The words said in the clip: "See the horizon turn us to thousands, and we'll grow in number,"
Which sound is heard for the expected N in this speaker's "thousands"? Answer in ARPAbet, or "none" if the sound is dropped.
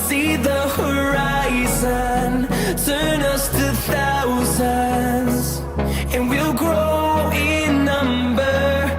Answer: none